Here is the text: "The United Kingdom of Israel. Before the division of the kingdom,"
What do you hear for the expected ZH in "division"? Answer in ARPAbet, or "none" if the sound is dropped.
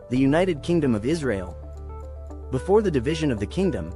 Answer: ZH